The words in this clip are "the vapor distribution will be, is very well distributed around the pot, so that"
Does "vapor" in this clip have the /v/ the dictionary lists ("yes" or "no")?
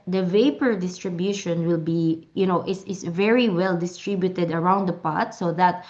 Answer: yes